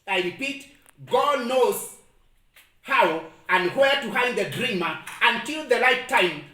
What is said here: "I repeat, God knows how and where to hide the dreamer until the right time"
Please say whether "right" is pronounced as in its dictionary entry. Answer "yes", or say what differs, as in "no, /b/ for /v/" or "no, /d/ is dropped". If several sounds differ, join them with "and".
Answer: no, /l/ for /ɹ/